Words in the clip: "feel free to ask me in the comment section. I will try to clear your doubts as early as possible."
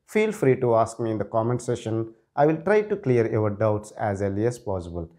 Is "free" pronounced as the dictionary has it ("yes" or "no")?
yes